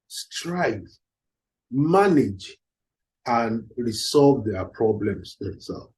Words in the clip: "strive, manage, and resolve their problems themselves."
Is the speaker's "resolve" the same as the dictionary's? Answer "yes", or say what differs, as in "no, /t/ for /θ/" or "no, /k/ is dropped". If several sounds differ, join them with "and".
no, /s/ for /z/